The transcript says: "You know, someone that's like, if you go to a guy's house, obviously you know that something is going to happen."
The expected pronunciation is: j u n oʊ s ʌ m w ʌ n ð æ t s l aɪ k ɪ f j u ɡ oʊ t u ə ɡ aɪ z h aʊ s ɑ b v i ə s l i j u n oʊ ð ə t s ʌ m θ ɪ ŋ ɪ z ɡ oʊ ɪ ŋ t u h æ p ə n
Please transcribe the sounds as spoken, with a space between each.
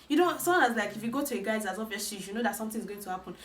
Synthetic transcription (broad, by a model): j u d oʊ s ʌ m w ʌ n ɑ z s l aɪ k ɪ f j u ɡ oʊ t u ə ɡ aɪ z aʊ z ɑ v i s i j u n oʊ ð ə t s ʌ m t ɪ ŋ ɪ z ɡ oʊ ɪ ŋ t u h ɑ p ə n